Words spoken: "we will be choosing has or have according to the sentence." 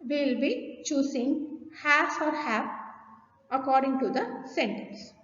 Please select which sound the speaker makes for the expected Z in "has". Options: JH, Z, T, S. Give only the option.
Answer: S